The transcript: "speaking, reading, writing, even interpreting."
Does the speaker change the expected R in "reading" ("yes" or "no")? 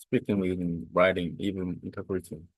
yes